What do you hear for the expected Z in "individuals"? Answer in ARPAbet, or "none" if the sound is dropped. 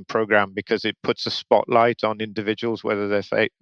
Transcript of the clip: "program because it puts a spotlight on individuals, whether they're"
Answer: Z